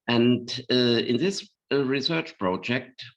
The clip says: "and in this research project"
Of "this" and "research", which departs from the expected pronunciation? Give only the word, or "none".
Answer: none